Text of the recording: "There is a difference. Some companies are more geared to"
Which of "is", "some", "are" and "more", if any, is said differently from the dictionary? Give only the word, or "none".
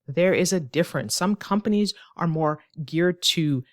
none